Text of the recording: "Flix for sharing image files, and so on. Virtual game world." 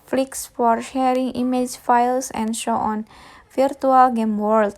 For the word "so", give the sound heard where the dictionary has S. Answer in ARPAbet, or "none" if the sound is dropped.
SH